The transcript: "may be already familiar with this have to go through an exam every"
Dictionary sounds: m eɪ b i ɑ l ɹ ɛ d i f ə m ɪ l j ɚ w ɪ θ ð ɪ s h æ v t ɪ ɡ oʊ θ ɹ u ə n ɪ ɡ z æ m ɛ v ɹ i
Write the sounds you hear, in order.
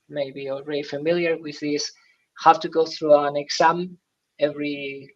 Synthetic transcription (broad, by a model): m eɪ b i ɑ l ɹ ɛ d i f ə m ɪ l j ɚ w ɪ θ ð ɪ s h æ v t ɪ ɡ oʊ θ ɹ u ə n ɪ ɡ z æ m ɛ v ɹ i